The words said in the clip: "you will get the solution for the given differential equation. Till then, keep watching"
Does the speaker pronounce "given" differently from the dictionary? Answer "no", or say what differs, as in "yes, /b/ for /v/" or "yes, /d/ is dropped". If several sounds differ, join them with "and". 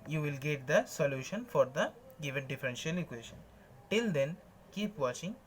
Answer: no